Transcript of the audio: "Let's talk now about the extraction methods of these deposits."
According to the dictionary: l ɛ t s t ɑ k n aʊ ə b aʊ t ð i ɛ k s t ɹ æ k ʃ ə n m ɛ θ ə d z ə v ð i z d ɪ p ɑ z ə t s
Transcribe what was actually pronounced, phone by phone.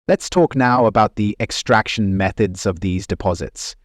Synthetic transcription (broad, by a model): l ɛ t s t ɑ k n aʊ ə b aʊ t ð i ɛ k s t ɹ æ k ʃ ə n m ɛ θ ə d z ə v ð i z d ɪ p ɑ z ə t s